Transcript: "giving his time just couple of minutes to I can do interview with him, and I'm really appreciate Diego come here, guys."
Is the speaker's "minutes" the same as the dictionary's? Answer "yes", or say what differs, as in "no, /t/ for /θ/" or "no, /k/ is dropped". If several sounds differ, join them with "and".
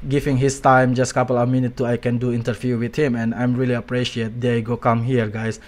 no, /s/ is dropped